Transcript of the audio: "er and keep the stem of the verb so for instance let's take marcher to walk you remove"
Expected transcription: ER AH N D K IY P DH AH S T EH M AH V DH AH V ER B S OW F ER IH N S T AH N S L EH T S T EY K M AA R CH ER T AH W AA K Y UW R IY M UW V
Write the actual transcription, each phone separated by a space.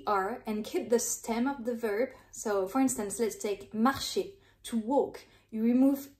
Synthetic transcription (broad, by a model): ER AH N K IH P DH AH S T EH M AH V DH AH V ER B S OW F ER IH N S T AH N S L EH T S T EY K M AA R SH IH T AH W AA K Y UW R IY M UW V